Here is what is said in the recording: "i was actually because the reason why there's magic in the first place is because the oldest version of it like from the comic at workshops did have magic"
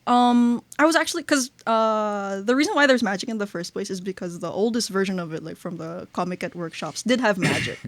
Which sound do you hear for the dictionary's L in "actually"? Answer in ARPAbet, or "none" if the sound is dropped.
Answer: none